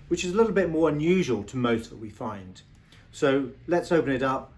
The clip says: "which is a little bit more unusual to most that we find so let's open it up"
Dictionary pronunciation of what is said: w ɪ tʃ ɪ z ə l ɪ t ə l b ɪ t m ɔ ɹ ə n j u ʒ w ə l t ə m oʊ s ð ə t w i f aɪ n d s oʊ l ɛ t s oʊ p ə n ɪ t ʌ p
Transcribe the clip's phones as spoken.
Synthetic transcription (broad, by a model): w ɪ tʃ ɪ z ə l ɪ t l b ɪ t m ɔ ɹ ə n j u ʒ w ə l t ə m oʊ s ð ə t w i f aɪ n d s oʊ l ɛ t s oʊ p ə n ɪ t ʌ p